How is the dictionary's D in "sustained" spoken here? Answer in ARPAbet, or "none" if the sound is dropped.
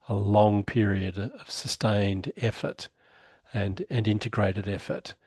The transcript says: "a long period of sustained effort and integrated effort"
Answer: D